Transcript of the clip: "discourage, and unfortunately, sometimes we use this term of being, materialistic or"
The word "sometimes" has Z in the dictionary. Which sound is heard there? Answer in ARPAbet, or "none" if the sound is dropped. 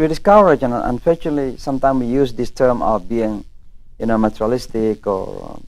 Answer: none